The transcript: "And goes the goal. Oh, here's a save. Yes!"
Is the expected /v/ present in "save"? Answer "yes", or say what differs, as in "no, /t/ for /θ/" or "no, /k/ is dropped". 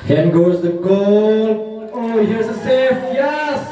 no, /f/ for /v/